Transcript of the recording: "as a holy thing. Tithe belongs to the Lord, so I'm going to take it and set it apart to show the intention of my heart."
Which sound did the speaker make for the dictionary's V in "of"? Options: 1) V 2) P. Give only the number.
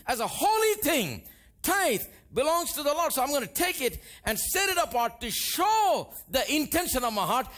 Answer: 1